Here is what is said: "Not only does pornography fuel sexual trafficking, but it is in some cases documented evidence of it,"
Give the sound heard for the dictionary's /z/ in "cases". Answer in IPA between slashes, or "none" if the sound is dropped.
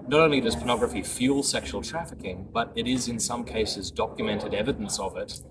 /z/